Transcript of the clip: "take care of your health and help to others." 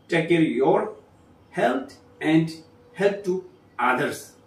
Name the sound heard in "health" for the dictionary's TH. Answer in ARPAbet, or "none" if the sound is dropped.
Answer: T